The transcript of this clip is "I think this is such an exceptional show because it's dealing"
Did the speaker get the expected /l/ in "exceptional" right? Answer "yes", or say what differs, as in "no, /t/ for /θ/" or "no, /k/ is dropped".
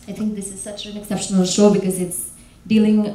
yes